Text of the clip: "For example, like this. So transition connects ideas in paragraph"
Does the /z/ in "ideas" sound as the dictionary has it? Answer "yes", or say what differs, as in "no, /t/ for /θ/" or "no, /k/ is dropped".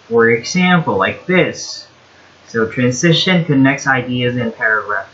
yes